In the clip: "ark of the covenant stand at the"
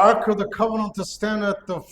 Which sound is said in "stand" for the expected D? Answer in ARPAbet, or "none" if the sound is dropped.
D